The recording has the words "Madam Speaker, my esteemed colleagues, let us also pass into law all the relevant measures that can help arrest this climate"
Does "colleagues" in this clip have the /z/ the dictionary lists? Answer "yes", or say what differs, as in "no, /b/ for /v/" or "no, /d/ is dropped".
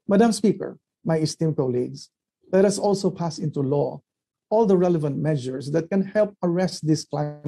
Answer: no, /s/ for /z/